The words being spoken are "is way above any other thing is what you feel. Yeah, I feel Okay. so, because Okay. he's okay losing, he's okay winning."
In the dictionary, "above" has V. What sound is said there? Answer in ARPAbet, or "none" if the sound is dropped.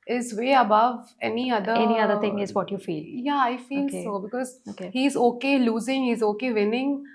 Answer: V